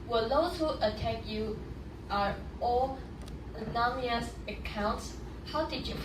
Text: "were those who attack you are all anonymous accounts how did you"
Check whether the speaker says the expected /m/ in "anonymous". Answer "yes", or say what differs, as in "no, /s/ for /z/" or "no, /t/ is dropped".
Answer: no, /m/ is dropped